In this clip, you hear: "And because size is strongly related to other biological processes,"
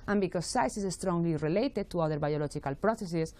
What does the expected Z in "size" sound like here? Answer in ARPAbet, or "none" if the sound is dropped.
S